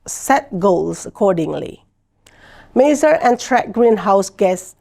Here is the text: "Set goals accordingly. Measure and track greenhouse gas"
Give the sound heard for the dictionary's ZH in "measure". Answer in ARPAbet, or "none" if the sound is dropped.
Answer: Z